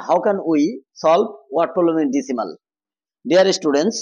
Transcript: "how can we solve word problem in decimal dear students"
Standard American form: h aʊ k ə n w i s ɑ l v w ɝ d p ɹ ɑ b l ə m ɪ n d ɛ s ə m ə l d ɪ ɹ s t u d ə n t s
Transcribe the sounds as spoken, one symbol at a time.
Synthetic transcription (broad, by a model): h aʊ k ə n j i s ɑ l b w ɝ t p ɹ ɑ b l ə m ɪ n d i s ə m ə l d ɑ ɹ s t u d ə n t s